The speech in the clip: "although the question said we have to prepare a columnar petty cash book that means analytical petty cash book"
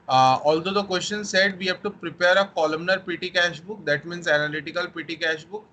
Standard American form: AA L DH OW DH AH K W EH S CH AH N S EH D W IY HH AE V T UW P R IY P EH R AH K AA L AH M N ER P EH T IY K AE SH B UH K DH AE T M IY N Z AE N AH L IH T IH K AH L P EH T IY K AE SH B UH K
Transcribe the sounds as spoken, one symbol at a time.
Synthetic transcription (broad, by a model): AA L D OW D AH K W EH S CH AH N S EH D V IY HH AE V T UW P R IY P EH R AH K AA L AH M N ER P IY T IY K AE SH B UH K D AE T M IY N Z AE N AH L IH T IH K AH L P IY T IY K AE SH B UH K